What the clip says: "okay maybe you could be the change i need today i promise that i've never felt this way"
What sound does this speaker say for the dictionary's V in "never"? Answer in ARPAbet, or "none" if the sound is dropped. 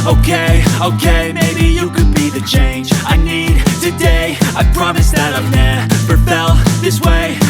P